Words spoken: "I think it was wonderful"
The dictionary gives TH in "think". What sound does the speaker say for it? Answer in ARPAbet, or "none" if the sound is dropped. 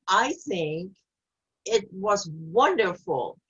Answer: TH